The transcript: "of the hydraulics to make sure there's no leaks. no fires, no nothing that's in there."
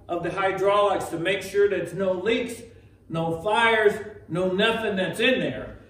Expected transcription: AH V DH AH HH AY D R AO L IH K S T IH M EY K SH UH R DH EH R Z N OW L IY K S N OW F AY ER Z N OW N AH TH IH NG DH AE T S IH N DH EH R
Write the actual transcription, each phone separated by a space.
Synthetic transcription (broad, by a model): AH V DH AH HH AY D R AO L IH K S T IH M EY K SH UH R DH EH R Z N OW L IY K S N OW F AY ER Z N OW N AH TH IH NG DH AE T S IH N DH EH R